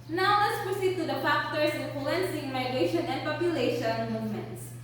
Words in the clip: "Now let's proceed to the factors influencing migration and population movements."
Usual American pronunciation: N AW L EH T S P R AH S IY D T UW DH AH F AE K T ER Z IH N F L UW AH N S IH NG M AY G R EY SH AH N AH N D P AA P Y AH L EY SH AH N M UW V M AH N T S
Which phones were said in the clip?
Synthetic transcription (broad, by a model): N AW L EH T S P R AH S IY D T UW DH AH P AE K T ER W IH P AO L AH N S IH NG M AY G R EY SH AH N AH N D P AA P Y AH L EY SH AH N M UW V M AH N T S